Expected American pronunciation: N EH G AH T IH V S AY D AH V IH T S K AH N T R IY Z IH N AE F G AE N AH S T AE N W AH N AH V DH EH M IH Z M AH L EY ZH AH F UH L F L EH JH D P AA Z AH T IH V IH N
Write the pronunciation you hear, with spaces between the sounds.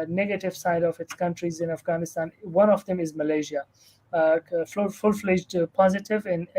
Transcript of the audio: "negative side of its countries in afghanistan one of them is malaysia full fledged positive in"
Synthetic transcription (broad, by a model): N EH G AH T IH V S AY D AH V IH T S K AH N T R IY Z IH N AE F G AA N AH S T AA N W AH N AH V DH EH M IH Z M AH L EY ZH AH F UH L F L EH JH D P AA Z AH T IH V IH N